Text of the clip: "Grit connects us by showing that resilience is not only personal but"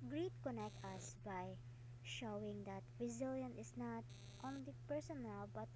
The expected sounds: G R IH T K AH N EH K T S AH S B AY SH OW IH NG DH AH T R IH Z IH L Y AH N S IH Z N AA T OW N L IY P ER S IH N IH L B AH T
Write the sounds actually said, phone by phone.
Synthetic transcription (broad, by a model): G R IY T K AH N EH K T AH S B AY SH OW IH NG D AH T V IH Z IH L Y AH N IH S N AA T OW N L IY P ER S IH N IH L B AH T